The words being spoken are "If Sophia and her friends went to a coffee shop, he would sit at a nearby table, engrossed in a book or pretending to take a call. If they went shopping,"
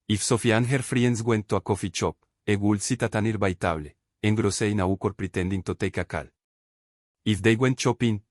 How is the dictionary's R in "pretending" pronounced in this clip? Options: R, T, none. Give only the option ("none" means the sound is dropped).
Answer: R